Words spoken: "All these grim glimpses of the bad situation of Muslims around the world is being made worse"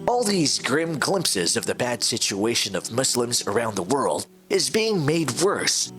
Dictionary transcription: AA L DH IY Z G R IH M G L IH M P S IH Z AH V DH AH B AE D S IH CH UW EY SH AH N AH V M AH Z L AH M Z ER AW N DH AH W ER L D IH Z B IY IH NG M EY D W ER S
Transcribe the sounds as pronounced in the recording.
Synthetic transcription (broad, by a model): AA L DH IY Z G R IH M G L IH M P S IH Z AH V DH AH B AE D S IH CH UW EY SH AH N AH V M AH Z L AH M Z ER AW N DH AH W ER L D IH Z B IY IH NG M EY D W ER S